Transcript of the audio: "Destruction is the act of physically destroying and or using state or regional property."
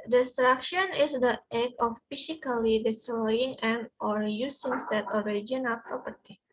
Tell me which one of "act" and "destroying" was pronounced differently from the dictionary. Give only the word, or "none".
act